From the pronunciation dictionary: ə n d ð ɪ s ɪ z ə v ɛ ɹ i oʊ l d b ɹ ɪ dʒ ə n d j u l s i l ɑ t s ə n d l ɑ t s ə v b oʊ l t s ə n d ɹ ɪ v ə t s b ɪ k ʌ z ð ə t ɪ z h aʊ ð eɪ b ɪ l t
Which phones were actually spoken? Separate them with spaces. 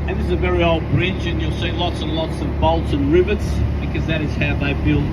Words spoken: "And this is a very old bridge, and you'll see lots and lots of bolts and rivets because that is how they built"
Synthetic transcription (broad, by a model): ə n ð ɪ ɪ z ə v ɛ ɹ i oʊ l d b ɹ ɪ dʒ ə n j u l s i l ɑ t s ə n l ɑ t s ə v b oʊ l t s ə n ɹ ɪ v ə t s b ɪ k ʌ z ð ə t ɪ z h aʊ ð eɪ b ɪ l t